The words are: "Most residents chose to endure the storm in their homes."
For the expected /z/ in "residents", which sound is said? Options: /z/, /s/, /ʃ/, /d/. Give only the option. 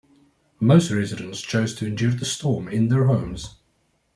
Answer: /z/